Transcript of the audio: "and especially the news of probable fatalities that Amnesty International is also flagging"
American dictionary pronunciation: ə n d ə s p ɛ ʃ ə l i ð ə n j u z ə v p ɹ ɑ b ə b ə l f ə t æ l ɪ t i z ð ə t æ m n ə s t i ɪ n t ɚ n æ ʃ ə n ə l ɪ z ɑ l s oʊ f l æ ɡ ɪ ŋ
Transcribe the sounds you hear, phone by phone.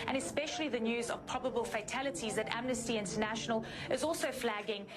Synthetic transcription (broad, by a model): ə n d ə s p ɛ ʃ ə l i ð ə n j u z ə v p ɹ ɑ b ə b ə l f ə t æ l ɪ t i z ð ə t æ m n ə s t i ɪ n t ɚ n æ ʃ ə n ə l ɪ z ɑ l s oʊ f l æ ɡ ɪ ŋ